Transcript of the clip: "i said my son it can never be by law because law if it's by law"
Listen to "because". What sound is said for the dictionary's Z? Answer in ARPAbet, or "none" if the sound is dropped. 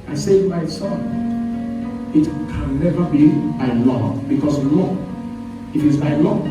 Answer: S